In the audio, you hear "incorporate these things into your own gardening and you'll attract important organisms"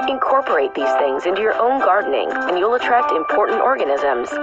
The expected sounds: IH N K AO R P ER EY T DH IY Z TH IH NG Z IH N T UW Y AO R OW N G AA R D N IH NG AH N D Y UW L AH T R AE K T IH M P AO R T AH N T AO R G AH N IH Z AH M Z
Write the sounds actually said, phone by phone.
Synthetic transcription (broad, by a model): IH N K AO R P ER EY T DH IY Z TH IH NG Z IH N T UW Y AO R OW N G AA R D N IH NG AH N Y UW L AH T R AE K T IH M P AO R T N T AO R G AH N IH Z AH M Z